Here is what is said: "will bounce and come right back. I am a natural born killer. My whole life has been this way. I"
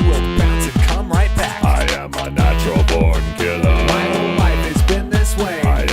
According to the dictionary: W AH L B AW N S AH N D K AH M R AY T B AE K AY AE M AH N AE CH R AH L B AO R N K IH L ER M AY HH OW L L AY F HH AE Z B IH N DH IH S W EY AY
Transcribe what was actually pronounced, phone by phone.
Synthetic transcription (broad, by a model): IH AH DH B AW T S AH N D K AH M R AY T B AE K AY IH M AH N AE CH AH B AO R N K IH L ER M AY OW N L AY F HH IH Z B IH N DH IH S W EY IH